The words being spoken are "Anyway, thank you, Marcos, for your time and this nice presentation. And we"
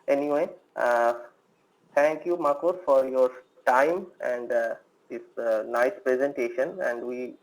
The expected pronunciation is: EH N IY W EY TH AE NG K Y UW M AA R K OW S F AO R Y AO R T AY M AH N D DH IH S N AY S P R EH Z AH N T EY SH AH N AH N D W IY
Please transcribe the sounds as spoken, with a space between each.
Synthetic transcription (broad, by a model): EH N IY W EY T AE NG K Y UW M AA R K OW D F AO R Y AO R T AY M AH N D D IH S N AY S P R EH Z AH N T EY SH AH N AH N D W IY